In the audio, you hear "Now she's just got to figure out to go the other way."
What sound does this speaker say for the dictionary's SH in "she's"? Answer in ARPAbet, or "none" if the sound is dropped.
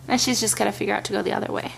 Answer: SH